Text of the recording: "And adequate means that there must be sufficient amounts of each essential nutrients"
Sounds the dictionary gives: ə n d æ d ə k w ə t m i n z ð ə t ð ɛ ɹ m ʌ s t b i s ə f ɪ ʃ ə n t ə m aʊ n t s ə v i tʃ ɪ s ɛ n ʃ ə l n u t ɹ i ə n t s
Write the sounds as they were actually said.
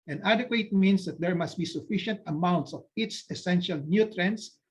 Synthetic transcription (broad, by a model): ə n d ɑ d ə k w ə t m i n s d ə t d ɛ ɹ m ʌ s t b i s ə f ɪ ʃ ə n t ə m aʊ n t s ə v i s ɪ s ɛ n ʃ ə l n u t ɹ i n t s